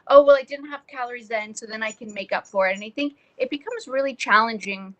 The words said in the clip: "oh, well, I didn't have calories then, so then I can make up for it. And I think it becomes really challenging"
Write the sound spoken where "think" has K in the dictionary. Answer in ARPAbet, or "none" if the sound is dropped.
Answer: K